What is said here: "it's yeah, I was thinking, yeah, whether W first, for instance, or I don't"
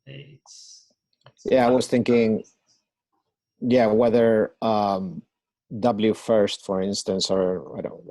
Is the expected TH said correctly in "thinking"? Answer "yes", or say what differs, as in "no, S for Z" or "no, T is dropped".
yes